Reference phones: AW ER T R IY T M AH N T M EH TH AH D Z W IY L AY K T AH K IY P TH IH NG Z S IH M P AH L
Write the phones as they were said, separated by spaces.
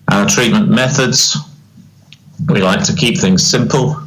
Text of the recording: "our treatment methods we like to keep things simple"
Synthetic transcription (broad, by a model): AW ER T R IY T M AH N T M EH TH AH D Z W IY L AY K T AH K IY P TH IH NG Z S IH M P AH L